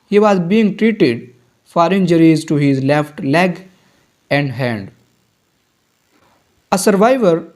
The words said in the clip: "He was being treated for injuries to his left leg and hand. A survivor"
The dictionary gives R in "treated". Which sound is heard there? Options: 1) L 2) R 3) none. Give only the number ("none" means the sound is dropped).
2